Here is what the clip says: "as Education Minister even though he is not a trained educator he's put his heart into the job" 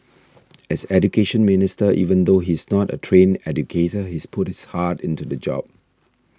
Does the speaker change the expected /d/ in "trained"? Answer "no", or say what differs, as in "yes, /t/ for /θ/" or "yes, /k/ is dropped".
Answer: yes, /d/ is dropped